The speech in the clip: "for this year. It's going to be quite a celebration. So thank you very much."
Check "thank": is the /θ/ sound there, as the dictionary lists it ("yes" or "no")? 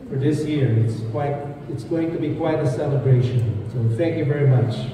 yes